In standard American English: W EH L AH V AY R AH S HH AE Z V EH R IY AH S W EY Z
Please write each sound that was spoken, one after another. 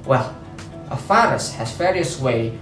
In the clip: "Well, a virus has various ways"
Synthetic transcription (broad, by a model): W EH L AH F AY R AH S HH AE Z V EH R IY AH S W EY